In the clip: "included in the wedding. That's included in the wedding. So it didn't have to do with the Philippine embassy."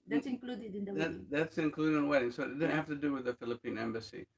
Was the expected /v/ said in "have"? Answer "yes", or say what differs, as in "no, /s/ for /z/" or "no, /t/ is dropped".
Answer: no, /f/ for /v/